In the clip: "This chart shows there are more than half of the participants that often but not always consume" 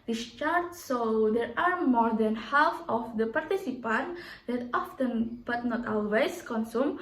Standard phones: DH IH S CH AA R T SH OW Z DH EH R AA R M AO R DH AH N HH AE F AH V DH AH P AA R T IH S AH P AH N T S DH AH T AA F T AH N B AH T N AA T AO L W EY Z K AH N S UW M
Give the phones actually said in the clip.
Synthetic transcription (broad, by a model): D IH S CH AA R T S OW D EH R AA R M AO R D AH N HH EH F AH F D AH P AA R T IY S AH P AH N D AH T AA F T AH N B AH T N AA T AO L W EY S K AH N S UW M